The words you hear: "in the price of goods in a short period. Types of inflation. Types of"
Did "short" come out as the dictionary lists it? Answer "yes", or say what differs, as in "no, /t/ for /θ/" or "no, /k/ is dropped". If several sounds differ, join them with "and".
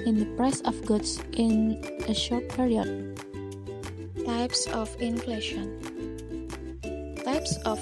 yes